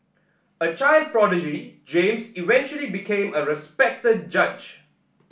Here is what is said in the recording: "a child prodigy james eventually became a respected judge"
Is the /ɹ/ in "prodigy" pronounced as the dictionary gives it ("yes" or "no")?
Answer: yes